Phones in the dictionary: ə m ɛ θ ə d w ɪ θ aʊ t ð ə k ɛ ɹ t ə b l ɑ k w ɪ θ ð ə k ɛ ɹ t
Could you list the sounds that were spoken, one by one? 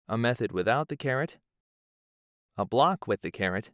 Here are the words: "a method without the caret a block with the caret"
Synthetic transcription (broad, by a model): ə m ɛ θ ə d w ɪ θ aʊ t ð ə k ɛ ɹ t ə b l ɑ k w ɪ ð ə k ɛ ɹ t